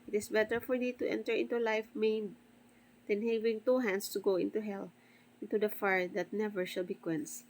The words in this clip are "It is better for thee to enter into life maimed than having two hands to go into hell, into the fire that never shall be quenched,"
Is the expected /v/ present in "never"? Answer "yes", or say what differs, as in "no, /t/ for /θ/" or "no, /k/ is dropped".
yes